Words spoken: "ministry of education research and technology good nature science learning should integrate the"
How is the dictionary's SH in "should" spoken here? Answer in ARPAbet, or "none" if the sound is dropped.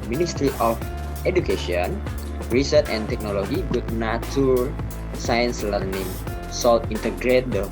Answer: S